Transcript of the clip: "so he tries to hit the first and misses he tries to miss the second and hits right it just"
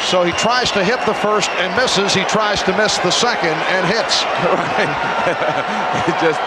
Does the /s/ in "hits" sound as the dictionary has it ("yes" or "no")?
yes